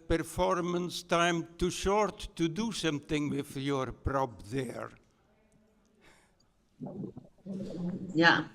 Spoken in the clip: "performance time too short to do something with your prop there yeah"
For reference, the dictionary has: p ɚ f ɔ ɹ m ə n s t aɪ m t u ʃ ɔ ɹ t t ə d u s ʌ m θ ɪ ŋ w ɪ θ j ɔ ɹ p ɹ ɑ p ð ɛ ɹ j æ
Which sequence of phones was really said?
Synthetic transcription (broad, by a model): p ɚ f ɔ ɹ m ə n s t aɪ m t u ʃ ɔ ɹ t t ə d u ʃ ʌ m t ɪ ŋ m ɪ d j ɔ ɹ p ɹ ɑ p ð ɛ ɹ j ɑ